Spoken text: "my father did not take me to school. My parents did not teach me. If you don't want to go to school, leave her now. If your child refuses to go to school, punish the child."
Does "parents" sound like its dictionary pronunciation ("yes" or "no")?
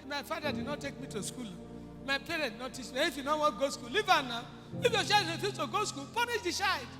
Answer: no